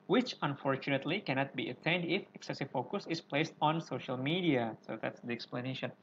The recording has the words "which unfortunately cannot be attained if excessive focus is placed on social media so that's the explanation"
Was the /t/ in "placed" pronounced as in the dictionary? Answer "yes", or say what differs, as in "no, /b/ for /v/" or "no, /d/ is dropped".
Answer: yes